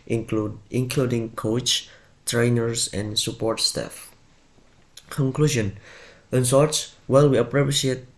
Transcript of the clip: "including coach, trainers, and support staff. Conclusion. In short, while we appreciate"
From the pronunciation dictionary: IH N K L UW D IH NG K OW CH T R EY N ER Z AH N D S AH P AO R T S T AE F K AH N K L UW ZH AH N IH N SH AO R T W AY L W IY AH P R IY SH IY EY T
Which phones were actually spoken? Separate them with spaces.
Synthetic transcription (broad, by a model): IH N K L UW D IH NG K OW CH T R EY N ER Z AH N S AH P AO R T S T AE F K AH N K L UW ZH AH N IH N S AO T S W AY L W IY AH P R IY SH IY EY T